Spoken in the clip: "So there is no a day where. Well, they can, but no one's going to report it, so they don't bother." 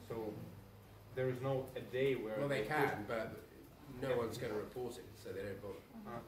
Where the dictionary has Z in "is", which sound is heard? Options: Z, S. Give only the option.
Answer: Z